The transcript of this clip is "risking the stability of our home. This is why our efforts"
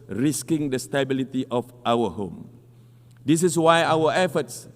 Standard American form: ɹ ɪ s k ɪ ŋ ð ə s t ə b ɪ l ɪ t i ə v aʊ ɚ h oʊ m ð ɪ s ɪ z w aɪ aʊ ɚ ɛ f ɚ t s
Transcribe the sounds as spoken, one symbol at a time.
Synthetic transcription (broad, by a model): ɹ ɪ s k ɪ ŋ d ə s t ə b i l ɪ t i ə f aʊ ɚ h oʊ m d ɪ s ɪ s w aɪ aʊ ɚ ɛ f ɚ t s